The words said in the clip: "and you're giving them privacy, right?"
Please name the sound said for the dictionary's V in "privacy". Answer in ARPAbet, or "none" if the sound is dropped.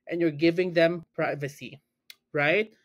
V